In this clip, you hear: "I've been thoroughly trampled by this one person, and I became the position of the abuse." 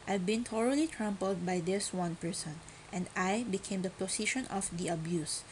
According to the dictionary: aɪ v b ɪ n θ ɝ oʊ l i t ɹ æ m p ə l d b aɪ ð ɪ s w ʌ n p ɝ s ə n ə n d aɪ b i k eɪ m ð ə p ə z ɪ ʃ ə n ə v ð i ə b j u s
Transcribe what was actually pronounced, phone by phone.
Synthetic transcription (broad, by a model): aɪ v b ɪ n t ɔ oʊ l i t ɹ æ m p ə l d b aɪ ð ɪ s w ʌ n p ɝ s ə n ə n d aɪ b i k eɪ m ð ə p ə s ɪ ʃ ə n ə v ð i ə b j u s